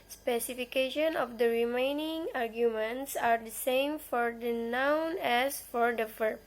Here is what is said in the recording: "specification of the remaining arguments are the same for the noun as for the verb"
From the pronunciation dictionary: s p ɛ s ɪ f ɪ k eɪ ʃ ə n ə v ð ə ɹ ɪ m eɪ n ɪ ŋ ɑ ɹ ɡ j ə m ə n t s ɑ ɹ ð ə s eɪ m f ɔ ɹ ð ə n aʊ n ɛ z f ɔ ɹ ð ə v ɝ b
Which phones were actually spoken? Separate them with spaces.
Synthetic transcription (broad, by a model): s p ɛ s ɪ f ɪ k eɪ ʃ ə n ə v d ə ɹ ɪ m eɪ n ɪ ŋ ɑ ɹ ɡ j ə m ə n t s ɑ ɹ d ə s eɪ m f ɔ ɹ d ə n aʊ n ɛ s f ɔ ɹ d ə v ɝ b